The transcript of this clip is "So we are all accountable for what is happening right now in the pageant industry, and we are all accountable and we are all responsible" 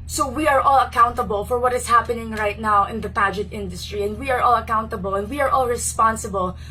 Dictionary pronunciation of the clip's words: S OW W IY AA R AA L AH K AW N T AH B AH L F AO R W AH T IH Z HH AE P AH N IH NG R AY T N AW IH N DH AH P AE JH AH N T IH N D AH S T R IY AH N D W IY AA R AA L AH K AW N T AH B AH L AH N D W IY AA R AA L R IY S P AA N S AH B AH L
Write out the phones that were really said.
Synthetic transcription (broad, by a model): S OW W IY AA R AA L AH K AW N T AH B AH L F AO R W AH T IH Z HH AE P AH N IH NG R AY T N AW IH N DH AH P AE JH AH T IH N D AH S T R IY AH N D W IY AA R AA L AH K AW N T AH B AH L AH N D W IY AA R AA L R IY S P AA N S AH B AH L